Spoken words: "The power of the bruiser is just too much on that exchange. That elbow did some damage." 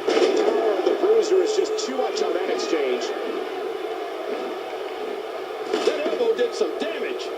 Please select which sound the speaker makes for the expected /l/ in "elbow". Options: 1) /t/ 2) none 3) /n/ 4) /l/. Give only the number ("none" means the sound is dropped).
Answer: 2